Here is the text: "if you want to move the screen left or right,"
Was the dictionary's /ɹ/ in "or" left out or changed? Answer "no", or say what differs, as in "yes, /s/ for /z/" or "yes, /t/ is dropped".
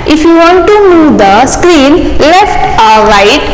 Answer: yes, /l/ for /ɹ/